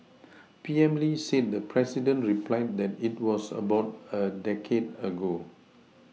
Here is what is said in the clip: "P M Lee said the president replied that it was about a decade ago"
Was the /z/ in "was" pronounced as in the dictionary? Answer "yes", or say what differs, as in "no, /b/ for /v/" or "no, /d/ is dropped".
no, /s/ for /z/